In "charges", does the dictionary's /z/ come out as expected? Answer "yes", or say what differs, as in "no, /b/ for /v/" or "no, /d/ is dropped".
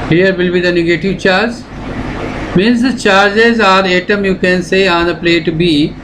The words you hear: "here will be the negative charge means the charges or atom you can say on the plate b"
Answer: yes